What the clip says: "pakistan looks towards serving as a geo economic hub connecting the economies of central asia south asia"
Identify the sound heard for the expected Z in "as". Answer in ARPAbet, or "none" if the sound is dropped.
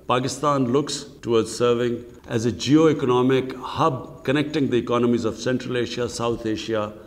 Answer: Z